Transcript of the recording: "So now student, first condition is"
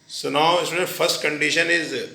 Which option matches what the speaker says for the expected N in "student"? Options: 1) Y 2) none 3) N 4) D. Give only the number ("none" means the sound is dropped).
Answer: 2